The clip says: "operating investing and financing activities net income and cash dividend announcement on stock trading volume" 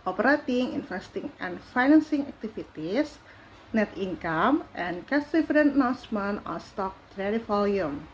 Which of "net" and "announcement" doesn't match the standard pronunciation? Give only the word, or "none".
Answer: announcement